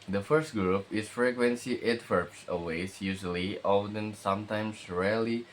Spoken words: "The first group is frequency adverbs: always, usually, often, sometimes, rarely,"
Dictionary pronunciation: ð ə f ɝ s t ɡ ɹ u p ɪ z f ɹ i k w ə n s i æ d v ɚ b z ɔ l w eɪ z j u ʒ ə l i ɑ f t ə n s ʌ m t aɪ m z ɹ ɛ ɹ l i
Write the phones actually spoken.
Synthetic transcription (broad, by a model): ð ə f ɝ s t ɡ ɹ u p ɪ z f ɹ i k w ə n s i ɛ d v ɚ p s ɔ w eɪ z j u ʒ ə l i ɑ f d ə n s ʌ m t aɪ m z ɹ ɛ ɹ l i